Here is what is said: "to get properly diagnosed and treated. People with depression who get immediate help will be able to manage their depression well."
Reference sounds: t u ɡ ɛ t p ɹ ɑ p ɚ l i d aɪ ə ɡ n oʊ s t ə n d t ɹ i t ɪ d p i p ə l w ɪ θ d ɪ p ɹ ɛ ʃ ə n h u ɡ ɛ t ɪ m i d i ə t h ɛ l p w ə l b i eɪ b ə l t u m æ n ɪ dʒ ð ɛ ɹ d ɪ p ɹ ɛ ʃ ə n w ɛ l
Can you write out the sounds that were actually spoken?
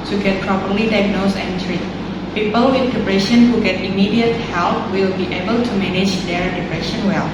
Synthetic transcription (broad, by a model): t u ɡ ɛ t p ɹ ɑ p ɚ l i d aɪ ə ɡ n oʊ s ə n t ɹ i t p i p ə l w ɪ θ d ɪ p ɹ ɛ ʃ ə n h u ɡ ɛ t ɪ m i d i ə t h ɛ l p w ə l b i eɪ b ə l t u m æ n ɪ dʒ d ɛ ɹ d ɪ p ɹ ɛ ʃ ə n w ɛ l